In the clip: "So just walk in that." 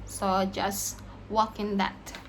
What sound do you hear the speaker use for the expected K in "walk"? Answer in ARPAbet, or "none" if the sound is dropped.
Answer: K